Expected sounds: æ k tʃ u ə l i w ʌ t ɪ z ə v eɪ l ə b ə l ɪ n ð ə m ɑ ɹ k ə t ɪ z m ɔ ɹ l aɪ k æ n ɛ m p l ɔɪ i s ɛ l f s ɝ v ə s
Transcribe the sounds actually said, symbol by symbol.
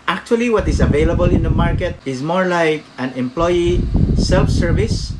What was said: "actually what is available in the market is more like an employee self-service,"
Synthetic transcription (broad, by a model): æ k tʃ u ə l i w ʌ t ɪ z ə v eɪ l ə b ə l ɪ n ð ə m ɑ ɹ k ə t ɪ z m ɔ ɹ l aɪ k æ n ɛ m p l ɔɪ i s ɛ l f s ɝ v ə s